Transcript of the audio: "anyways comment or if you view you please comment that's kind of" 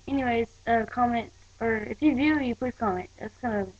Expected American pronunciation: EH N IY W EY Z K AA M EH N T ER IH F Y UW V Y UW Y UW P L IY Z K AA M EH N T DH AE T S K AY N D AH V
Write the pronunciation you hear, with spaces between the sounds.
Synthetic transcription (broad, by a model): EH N IY W EY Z K AA M EH N T ER IH F Y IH V Y UW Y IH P UH K AA M EH N T DH AE T S K AY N D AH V